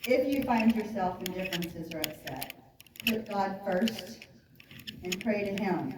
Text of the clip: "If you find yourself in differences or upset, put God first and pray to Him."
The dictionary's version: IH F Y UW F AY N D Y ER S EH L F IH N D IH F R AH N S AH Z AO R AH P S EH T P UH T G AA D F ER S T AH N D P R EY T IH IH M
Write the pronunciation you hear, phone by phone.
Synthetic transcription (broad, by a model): IH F Y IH F AY N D Y ER S EH L F IH N D IH F R AH N S AH Z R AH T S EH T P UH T G AA D F ER S T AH N P R EY T IH IH M